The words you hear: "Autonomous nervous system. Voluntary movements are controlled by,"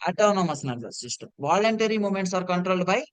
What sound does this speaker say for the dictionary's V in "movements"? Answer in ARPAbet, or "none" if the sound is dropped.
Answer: none